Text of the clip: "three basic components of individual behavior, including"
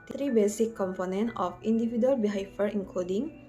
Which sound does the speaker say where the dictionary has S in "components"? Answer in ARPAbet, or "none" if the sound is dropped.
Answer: none